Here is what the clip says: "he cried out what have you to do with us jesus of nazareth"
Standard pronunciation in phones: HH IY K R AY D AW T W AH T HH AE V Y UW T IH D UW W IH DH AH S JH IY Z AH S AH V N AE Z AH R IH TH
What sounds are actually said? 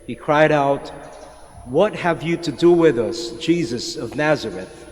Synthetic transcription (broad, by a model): HH IY K R AY D AW T W AH T HH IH V Y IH T IH D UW W IH DH AH S JH IY Z AH S AH V N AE Z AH R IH TH